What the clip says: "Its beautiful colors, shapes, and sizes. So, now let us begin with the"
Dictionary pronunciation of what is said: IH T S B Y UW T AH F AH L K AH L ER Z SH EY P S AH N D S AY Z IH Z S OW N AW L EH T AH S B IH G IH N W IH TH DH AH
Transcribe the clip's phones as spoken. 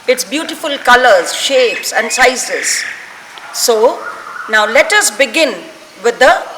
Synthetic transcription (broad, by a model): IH T S B Y UW T AH F AH L K AH L ER Z SH EY P S AH N D S AY S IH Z S OW N AW L EH T AH S B IH G IH N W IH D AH